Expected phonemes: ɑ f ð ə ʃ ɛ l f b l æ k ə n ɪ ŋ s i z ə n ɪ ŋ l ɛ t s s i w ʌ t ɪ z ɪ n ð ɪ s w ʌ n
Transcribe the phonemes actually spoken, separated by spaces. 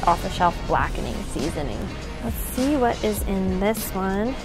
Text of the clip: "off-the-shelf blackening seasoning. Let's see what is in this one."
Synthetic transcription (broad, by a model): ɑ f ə ʃ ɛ f b l æ k ə n ɪ ŋ s i z ə n ɪ ŋ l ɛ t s s i w ʌ t ɪ z ɪ n ð ɪ s w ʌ n